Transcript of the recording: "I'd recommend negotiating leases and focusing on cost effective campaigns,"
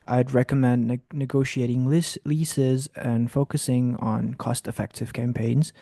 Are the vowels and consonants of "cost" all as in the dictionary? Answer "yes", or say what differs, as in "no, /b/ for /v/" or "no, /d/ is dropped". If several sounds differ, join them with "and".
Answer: yes